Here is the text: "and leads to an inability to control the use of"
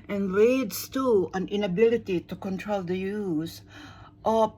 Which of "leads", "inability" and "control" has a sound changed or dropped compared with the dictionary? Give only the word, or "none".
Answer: leads